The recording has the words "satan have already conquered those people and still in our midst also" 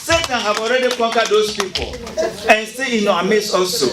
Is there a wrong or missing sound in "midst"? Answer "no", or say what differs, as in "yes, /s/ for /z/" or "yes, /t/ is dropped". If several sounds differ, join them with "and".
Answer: yes, /t/ is dropped